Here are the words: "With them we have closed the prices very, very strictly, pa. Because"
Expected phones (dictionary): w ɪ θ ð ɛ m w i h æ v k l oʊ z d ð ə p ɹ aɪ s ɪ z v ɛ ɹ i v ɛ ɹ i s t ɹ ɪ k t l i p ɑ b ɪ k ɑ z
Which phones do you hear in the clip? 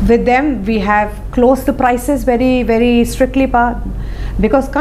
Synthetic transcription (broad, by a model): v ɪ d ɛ m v i h æ v k l oʊ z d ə p ɹ aɪ s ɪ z v ɛ ɹ i v ɛ ɹ i s t ɹ ɪ k t l i p ɑ b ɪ k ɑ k